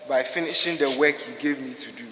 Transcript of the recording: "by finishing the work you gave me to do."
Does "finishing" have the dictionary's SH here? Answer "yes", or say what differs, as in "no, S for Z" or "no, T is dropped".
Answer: yes